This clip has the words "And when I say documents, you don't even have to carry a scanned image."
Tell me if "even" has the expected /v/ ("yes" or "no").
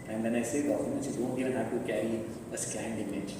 no